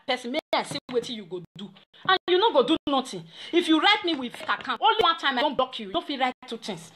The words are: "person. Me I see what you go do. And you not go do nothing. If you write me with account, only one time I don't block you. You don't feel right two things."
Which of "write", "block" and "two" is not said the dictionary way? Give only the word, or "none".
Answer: block